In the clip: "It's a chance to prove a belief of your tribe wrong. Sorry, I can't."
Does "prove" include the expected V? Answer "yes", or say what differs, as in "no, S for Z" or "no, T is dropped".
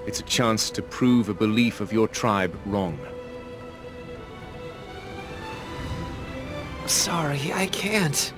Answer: yes